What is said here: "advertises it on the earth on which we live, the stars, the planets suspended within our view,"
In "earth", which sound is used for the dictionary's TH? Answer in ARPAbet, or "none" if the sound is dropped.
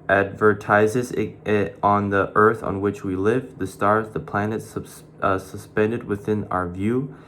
TH